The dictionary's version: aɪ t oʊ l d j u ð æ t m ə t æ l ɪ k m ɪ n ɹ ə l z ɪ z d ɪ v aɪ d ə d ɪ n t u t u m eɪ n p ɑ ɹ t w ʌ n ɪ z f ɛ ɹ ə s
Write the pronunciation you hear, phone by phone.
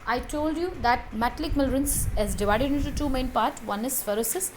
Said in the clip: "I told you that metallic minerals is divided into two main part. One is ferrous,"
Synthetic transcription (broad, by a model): aɪ t oʊ l d j u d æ t m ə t l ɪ k m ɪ l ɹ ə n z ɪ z d ɪ v aɪ d ə d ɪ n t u t u m eɪ n p ɑ ɹ t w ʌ n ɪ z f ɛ ɹ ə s